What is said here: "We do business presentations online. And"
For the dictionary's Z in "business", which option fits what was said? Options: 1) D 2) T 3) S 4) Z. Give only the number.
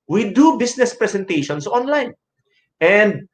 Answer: 3